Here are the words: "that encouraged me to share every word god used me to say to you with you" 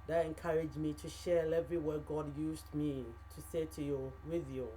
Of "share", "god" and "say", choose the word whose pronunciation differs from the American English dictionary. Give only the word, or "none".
share